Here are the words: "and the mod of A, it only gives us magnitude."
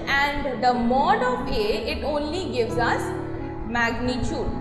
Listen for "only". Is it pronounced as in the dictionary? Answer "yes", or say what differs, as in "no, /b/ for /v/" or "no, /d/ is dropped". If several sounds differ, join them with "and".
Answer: yes